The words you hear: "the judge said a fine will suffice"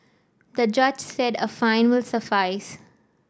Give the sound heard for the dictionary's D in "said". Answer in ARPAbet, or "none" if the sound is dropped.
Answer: D